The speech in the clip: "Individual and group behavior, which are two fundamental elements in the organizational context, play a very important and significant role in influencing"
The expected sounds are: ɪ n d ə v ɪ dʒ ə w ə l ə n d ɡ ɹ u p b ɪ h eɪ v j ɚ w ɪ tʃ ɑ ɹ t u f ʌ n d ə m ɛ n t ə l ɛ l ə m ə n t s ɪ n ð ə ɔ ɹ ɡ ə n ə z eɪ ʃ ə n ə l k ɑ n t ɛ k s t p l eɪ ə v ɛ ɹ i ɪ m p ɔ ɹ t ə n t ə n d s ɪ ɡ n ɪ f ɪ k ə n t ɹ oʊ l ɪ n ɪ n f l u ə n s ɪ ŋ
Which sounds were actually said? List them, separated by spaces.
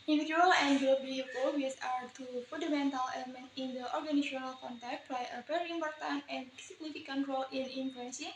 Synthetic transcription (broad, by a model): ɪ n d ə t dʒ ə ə l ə n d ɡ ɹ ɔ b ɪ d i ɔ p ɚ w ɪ s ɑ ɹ t u f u n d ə m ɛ n t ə l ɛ l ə m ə n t ɪ n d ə ɔ ɹ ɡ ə n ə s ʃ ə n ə l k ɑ n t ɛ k t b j ə p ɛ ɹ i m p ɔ ɹ t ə n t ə n s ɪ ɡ n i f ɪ k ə n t ɹ oʊ l ɪ n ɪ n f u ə n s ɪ